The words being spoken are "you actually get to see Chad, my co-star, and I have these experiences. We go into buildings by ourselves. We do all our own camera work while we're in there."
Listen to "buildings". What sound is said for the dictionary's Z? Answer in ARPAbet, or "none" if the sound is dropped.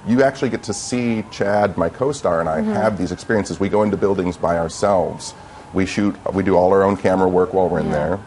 Z